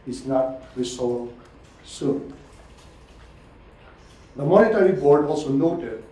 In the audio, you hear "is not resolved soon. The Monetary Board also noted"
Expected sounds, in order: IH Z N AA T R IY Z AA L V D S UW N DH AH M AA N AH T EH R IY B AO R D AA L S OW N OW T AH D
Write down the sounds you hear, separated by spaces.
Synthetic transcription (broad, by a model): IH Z N AA T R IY S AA S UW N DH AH M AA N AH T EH R IY B AO R D AA L S OW N OW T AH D